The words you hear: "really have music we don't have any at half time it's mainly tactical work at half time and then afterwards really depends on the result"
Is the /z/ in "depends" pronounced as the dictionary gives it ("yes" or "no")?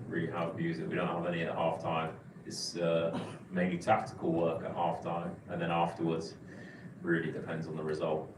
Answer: yes